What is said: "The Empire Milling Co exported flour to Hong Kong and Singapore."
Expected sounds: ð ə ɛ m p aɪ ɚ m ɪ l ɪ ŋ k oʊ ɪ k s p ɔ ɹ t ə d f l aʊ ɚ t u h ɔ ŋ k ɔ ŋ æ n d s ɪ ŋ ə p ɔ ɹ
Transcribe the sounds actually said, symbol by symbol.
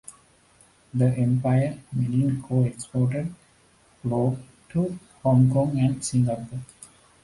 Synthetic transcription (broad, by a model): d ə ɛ m p aɪ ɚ m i n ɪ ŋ k oʊ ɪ k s p ɔ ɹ t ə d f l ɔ t u h ɔ ŋ k ɔ ŋ æ n d s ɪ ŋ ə p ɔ